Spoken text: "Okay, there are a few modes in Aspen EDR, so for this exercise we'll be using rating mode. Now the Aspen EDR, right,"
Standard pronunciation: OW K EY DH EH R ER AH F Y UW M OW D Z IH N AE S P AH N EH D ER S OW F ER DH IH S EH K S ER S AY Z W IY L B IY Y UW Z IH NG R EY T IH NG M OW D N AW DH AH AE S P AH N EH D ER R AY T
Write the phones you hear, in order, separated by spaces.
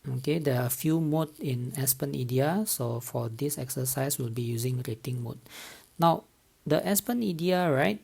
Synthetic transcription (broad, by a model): OW K EY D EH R AH F Y UW M OW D IH N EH S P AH N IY D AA S OW F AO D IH S EH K S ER S AY S W IY L B IY Y UW Z IH NG R EY T IH NG M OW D N AW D AH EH S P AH N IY D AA R AY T